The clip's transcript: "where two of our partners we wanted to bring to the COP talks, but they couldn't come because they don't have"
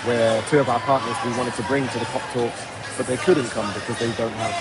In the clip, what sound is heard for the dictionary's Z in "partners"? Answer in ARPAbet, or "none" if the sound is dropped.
Z